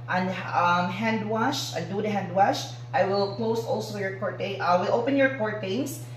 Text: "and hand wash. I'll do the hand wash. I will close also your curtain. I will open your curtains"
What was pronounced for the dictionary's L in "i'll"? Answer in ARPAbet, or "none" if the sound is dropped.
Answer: N